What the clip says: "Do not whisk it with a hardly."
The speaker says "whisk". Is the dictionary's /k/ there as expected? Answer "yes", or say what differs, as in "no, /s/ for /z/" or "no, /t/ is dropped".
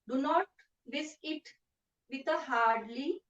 no, /k/ is dropped